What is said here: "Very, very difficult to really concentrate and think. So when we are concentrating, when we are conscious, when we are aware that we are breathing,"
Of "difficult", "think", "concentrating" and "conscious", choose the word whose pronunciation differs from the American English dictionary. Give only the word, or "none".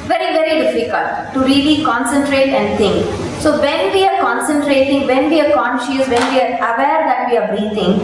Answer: think